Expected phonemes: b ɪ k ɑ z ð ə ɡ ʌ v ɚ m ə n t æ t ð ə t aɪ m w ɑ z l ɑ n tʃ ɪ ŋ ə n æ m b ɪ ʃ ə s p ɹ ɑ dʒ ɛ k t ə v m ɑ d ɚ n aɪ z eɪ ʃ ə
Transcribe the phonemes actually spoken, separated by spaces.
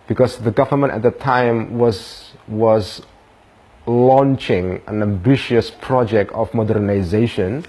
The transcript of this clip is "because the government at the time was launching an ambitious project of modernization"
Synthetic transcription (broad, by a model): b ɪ k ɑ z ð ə ɡ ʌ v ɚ m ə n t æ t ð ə t aɪ m w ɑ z l ɑ n tʃ ɪ ŋ ə n æ m b ɪ ʃ ə s p ɹ ɑ dʒ ɛ k t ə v m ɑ d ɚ n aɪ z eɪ ʃ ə